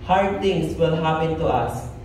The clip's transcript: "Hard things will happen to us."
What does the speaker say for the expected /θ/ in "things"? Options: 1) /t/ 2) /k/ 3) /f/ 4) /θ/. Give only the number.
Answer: 1